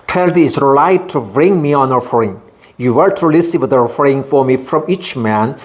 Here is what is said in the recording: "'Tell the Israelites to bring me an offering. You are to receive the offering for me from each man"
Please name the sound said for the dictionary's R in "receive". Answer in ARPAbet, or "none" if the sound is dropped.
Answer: L